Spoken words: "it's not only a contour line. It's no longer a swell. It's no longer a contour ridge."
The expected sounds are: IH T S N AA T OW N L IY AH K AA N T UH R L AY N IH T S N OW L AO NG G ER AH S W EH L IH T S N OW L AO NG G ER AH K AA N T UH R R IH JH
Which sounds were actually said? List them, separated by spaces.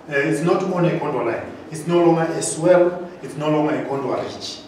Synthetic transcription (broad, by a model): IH T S N AA T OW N IY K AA N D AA L AY N IH T S N OW L AO NG G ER AH S W EH L IH T S N OW L AO NG G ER AH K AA N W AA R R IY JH